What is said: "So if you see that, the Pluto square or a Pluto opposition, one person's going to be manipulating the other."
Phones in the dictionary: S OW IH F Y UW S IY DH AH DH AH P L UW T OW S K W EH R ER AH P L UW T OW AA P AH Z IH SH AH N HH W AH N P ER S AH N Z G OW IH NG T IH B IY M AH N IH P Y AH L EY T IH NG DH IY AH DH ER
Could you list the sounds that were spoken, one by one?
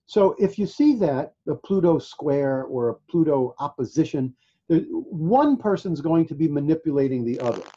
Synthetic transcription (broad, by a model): S OW IH F Y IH S IY DH AH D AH P L UW T OW S K W EH R ER AH P L UW T OW AA P AH Z IH SH AH N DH W AH N P ER S AH N Z G OW IH NG T IH B IY M AH N IH P Y AH L EY T IH NG DH IY AH DH ER